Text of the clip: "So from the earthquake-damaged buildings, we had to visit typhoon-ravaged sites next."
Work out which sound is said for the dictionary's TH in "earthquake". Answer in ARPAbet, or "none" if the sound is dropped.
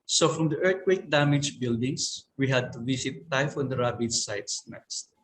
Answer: T